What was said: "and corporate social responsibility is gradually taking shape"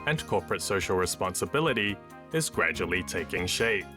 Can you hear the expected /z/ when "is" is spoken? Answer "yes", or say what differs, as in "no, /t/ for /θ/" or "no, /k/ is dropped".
yes